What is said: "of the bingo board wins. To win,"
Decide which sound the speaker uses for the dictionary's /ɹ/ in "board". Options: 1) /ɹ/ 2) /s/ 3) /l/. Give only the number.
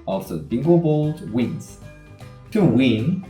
3